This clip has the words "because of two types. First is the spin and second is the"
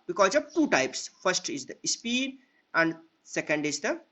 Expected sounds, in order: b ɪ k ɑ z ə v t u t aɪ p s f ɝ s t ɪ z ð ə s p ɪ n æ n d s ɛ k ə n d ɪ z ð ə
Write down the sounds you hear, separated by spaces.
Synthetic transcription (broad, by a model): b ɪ k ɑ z ə v t u t aɪ p s f ɝ s t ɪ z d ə s p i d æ n d s ɛ k ə n d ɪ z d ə